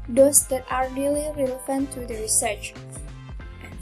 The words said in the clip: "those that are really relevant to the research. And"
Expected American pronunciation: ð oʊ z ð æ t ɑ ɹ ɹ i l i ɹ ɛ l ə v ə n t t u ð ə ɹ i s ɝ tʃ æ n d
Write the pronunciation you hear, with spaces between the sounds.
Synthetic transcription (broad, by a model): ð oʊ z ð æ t ɑ ɹ ɹ i l i ɹ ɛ l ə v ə n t t u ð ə ɹ i s ɝ tʃ